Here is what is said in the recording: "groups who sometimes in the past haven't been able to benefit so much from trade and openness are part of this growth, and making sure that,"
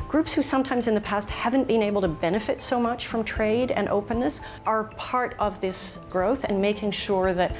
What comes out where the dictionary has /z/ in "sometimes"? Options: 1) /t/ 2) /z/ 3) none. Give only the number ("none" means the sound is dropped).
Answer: 2